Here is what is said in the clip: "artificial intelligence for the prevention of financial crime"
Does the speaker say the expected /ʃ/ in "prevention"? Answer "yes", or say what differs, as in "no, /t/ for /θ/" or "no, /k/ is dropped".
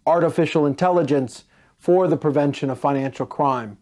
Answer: yes